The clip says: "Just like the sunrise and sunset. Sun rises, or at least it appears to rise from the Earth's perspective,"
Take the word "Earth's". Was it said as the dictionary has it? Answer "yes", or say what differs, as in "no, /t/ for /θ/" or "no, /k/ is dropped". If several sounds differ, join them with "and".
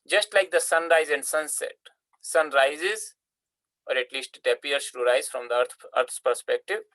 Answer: no, /t/ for /θ/